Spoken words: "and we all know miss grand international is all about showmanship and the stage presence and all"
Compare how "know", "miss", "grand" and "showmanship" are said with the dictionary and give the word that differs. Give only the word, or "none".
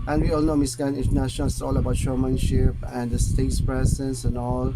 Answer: grand